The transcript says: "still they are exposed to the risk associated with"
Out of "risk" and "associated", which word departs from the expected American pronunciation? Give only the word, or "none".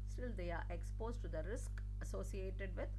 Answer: none